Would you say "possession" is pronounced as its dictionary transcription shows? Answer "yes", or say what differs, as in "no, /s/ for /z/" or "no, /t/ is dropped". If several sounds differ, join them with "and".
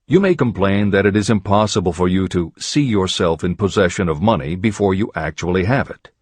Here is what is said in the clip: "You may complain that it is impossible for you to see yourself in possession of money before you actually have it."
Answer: yes